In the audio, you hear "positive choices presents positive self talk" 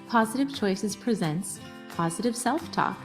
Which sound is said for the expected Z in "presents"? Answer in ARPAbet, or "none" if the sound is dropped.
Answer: Z